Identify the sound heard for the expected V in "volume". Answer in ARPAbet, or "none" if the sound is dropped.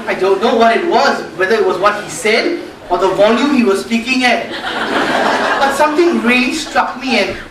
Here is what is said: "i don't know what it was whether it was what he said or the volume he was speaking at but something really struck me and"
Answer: V